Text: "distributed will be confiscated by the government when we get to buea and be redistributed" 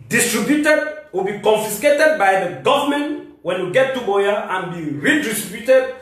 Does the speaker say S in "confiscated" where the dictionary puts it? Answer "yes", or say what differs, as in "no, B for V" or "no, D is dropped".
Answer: yes